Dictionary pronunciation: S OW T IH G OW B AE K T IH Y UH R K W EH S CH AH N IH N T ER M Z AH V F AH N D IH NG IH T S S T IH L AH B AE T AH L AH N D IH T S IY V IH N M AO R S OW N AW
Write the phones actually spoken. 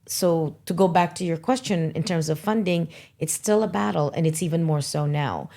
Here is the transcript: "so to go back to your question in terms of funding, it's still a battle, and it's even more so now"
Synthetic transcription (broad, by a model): S OW T IH G OW B AE K T IH Y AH R K W EH S CH AH N IH N T ER M Z AH V F AH N D IH NG IH T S S T IH L AH B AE T L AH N IH T S IY V IH N M AO R S OW N AW